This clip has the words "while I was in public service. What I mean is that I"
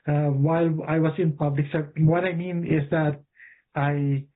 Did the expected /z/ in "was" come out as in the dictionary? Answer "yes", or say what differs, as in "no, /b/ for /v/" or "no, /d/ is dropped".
no, /s/ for /z/